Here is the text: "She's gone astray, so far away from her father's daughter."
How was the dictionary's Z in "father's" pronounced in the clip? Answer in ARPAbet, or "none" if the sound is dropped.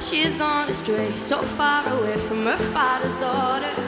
Z